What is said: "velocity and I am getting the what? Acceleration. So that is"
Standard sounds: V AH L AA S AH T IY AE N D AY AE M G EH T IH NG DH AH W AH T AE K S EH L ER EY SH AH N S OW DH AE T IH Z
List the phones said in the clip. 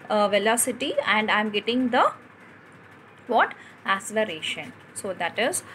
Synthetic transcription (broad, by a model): V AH L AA S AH T IY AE N D AY M G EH T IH NG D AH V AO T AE S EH L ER EY SH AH N S OW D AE T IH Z